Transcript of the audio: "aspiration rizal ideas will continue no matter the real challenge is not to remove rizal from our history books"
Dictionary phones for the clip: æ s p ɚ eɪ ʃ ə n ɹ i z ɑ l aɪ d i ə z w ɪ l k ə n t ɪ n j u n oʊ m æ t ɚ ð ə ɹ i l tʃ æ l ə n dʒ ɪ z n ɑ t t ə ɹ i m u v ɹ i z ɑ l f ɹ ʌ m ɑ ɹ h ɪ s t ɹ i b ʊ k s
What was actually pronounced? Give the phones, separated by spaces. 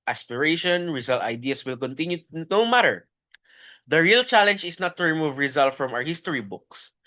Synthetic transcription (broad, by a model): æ s p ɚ eɪ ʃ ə n ɹ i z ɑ l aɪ d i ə s w ɪ l k ə n t ɪ n j u n oʊ m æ t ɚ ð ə ɹ i l tʃ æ l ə n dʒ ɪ s n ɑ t t ə ɹ i m u v ɹ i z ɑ l f ɹ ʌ m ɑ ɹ h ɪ s t ɹ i b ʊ k s